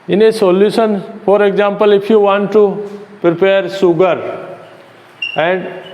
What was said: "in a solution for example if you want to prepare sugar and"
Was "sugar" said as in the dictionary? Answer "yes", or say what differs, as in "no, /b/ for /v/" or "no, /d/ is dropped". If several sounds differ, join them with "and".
no, /s/ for /ʃ/